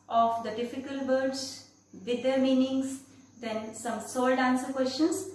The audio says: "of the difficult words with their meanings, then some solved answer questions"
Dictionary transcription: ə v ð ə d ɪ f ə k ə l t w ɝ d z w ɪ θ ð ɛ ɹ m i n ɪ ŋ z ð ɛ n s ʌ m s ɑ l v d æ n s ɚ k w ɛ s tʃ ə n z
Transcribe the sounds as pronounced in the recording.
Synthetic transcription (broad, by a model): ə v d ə d ɪ f ə k ə l t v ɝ d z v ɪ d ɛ ɹ m i n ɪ ŋ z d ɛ n s ʌ m s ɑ l d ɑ n s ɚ k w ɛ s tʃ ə n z